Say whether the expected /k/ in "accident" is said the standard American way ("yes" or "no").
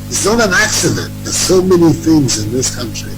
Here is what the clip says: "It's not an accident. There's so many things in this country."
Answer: yes